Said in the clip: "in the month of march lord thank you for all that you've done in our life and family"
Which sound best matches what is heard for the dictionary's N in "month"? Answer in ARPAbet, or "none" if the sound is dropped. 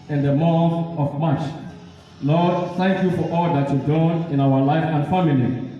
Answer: none